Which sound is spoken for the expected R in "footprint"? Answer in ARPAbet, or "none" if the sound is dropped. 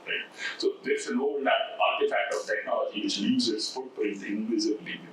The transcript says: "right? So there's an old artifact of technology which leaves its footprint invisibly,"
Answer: none